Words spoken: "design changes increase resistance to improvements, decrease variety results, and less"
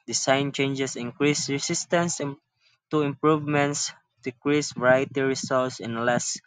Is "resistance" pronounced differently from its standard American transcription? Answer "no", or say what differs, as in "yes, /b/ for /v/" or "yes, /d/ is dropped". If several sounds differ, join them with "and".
yes, /s/ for /z/